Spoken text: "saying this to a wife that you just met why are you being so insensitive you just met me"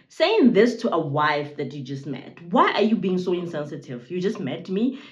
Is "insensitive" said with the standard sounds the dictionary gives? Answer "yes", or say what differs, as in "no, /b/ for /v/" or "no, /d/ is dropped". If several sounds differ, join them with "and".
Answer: yes